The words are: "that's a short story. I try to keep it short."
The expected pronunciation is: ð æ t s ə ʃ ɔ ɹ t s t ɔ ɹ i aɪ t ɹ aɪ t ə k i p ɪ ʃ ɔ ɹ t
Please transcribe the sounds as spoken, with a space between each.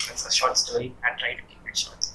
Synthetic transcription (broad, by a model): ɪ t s ə ʃ ɔ ɹ t s t ɔ ɹ i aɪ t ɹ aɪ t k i ɪ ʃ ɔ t